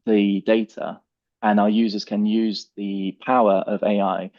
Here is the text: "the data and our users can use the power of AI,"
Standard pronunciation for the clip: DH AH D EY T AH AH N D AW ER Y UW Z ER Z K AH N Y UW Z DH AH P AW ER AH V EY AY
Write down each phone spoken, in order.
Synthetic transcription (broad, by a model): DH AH D EY T AH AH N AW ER Y UW Z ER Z K AH N Y UW Z DH AH P AW ER AH V EY AY